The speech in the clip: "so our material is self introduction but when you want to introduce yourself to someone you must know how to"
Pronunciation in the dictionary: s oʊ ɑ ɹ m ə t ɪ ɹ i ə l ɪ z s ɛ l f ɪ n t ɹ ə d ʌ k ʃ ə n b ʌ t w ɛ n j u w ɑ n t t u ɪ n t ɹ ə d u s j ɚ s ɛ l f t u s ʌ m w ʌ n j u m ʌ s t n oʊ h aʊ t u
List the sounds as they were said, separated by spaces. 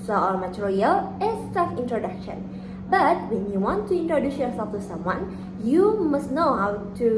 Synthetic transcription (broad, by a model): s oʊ ɑ ɹ m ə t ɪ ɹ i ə l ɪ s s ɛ f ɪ n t ɹ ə d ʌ k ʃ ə n b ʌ t w ɛ n j u w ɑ n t t u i n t ɹ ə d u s j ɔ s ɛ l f t u s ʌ m w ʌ n j u m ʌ s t n oʊ h aʊ t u